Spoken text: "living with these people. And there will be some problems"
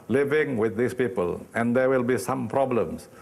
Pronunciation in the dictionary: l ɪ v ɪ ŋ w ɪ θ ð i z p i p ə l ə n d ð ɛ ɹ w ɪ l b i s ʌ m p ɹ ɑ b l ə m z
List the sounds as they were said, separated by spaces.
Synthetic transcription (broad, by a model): l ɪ v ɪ ŋ w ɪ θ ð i s p i p ə l ə n d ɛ w ɪ l b i s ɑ m p ɹ ɑ b l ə m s